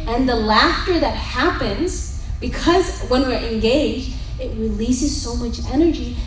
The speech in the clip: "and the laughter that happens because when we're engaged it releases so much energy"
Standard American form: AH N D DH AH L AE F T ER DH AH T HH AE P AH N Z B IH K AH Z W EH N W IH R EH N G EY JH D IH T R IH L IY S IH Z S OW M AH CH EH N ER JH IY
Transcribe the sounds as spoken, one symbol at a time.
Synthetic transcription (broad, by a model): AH N DH AH L AE F T ER DH AH T HH AE P AH N Z B IH K AH Z W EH N W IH R EH N G EY JH D IH T R IH L IY S IH Z S OW M AH CH EH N ER JH IY